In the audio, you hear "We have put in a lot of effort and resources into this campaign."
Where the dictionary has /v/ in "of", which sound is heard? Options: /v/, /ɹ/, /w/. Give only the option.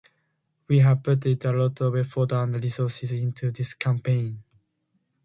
/w/